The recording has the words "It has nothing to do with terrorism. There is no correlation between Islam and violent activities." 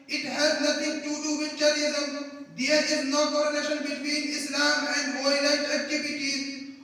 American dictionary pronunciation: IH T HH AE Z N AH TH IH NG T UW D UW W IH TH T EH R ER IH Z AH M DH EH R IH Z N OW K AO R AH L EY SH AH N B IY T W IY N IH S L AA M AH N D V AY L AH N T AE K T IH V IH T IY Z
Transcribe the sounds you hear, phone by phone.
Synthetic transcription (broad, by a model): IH T HH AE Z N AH T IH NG T UW D UW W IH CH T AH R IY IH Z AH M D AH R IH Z N OW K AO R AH N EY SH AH N B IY T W IY N IH S L AA M AH N D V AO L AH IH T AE K T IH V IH T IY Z